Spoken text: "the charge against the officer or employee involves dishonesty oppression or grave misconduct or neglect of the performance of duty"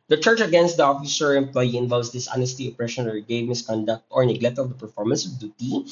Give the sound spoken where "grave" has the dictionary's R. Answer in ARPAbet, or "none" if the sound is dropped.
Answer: none